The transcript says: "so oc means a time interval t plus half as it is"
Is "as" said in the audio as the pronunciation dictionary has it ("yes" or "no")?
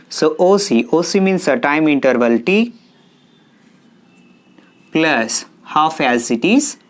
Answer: no